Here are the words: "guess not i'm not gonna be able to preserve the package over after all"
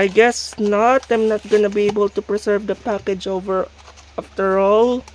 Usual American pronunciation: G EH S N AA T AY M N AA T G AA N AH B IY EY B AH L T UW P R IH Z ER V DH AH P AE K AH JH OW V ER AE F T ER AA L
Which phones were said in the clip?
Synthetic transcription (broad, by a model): G EH S N AA T AY M N AA T G AA N AH B IY EY B AH L T UW P R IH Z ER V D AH P AE K AH JH OW V ER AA F T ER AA L